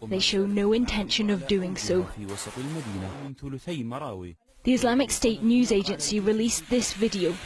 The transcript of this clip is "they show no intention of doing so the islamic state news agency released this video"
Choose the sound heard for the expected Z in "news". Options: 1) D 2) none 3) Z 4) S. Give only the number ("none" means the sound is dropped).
3